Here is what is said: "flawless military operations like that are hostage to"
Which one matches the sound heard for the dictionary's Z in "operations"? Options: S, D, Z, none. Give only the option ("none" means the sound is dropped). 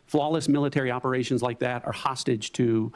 Z